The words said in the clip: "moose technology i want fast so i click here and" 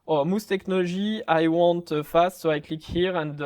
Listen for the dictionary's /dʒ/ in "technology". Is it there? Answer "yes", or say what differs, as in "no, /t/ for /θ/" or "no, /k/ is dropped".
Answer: no, /ʒ/ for /dʒ/